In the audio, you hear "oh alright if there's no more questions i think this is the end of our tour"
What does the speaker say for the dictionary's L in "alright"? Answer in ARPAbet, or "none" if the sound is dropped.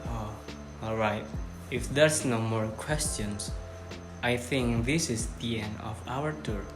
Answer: L